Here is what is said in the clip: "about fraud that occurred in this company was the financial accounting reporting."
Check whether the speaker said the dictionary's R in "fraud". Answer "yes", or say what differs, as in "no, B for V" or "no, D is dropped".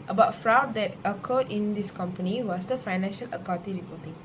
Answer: yes